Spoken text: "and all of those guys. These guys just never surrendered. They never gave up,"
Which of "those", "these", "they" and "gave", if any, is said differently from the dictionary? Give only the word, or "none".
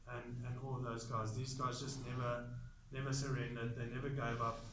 none